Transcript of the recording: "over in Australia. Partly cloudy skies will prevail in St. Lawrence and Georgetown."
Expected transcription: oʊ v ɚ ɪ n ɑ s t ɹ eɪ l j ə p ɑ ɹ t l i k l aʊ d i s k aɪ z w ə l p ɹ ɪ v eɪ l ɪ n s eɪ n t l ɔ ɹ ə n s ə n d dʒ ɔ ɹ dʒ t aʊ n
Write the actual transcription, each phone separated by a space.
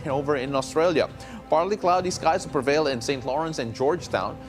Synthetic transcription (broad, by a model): oʊ v ɚ ɪ n ɑ s t ɹ eɪ l j ə p ɑ ɹ t l i k l aʊ d i s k aɪ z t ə p ɹ ɪ v eɪ l ɪ n s eɪ n t l ɔ ɹ ə n s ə n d dʒ ɔ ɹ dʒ t aʊ n